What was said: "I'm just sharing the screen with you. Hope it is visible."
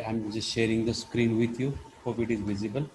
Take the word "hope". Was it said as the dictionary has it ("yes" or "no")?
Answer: no